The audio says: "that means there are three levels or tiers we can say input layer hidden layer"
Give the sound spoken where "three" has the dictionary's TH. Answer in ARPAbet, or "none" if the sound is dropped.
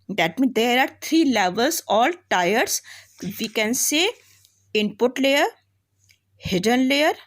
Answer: T